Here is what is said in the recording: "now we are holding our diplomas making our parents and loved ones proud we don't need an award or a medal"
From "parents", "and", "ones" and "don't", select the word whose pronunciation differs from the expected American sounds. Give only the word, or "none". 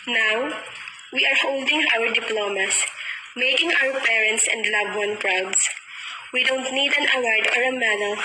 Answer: ones